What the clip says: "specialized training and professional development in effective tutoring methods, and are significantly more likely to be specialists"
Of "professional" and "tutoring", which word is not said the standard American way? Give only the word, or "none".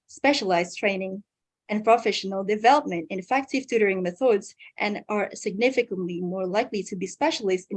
none